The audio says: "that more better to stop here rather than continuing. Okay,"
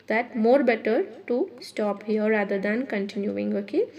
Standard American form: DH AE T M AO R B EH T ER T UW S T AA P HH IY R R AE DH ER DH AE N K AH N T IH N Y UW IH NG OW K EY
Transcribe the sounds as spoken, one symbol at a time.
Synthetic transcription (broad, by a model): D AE T M AO R B EH T ER T UW S T AA P HH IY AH R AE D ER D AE N K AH N T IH N Y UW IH NG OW K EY